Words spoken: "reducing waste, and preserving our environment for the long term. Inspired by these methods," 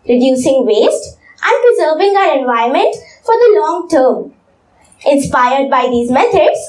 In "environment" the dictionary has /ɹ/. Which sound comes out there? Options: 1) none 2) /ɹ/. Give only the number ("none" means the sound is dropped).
1